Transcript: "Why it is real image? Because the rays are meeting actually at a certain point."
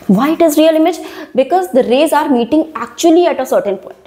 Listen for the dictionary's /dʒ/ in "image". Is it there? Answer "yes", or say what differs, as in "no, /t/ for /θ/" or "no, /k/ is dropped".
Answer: yes